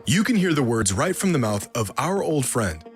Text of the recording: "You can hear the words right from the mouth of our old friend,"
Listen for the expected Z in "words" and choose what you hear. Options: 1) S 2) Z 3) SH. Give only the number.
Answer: 2